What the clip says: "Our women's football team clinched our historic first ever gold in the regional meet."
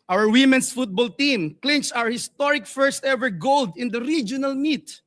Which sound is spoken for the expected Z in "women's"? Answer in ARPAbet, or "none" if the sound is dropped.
S